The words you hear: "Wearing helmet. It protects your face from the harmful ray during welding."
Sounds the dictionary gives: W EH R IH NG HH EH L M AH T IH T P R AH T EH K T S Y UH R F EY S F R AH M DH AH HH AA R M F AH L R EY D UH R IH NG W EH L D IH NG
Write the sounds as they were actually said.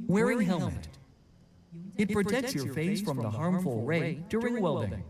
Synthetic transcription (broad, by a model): W EH R IH NG HH EH L M AH T IH T P R AH T EH K T S Y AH R F EY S F R AH M DH AH HH AA R M F AH L R EY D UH R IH NG W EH L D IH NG